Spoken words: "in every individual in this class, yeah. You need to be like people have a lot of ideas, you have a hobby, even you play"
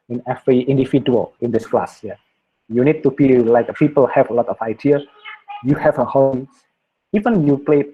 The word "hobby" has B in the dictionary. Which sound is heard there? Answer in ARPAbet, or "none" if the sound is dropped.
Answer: none